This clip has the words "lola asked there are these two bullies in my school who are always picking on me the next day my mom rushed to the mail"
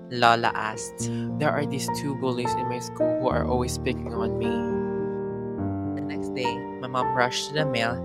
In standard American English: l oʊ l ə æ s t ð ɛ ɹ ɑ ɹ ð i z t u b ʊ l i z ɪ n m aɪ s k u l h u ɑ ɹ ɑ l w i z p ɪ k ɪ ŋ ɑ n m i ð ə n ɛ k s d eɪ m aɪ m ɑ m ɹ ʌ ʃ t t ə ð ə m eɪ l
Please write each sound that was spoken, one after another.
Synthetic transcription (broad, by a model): l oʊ l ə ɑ s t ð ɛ ɹ ɑ ɹ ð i s t u b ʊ l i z ɪ n m aɪ s k u l h u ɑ ɹ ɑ l w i s p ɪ k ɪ ŋ ɑ n m i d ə n ɛ k s d eɪ m aɪ m ɑ m ɹ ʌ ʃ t t ə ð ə m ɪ l